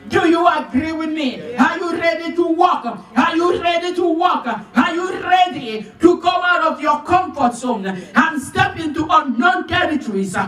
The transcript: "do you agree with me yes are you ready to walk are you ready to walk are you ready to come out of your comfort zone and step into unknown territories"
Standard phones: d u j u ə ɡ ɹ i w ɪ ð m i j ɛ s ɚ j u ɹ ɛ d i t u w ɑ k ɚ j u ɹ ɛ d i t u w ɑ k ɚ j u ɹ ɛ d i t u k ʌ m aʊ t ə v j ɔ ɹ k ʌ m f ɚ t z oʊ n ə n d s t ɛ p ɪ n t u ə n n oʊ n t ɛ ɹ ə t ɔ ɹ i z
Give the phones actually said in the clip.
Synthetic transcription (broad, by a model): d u j u ə ɡ ɹ i w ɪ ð m i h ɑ j u ɹ ɛ d i t u w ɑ k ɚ j u ɹ ɛ d i t u w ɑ k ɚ j u ɹ ɛ d i t u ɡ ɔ aʊ t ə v j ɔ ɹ k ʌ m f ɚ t s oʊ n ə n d s t ɛ p ɪ n t u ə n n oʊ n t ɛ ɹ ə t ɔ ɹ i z